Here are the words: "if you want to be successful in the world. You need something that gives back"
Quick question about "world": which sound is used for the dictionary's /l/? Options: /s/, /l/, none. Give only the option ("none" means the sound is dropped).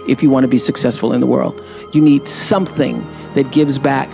/l/